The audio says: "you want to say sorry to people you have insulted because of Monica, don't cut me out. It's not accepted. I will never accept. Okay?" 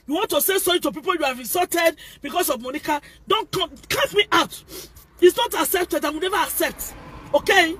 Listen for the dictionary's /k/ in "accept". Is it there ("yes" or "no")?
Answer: yes